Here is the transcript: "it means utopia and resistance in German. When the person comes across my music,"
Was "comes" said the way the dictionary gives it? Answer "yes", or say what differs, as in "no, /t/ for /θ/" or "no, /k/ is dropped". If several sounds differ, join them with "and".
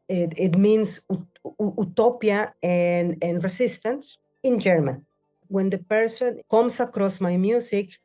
no, /s/ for /z/